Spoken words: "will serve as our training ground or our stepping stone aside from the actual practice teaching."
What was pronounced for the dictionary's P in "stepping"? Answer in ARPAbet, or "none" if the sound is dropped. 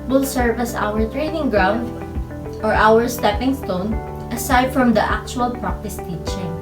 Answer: P